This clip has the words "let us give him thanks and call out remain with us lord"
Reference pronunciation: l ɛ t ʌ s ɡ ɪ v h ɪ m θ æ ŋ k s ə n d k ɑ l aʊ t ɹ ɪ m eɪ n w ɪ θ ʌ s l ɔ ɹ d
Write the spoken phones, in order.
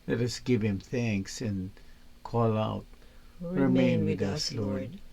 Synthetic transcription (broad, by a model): l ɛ t ʌ s ɡ ɪ v h ɪ m θ æ ŋ k s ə n k ɑ l aʊ t ɹ ɪ m eɪ n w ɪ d ʌ s l ɔ ɹ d